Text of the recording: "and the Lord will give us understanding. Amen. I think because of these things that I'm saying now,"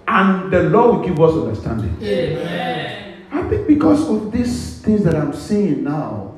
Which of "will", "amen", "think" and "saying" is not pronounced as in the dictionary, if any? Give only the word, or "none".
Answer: amen